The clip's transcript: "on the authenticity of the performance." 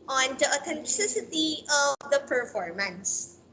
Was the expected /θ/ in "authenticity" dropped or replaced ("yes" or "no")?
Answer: yes